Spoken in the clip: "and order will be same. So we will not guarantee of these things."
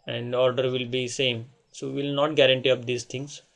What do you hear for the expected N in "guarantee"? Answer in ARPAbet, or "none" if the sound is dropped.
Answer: N